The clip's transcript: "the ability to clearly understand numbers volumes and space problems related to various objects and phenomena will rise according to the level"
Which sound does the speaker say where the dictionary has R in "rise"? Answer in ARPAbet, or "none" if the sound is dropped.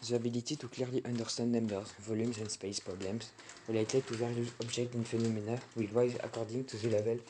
W